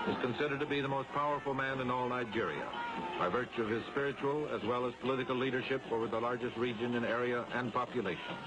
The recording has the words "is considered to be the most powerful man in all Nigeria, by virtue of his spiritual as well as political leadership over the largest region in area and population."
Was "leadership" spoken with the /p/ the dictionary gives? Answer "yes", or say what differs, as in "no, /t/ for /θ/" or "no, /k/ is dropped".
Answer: yes